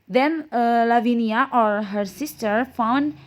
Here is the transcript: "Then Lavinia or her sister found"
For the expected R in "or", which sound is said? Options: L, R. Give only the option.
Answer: R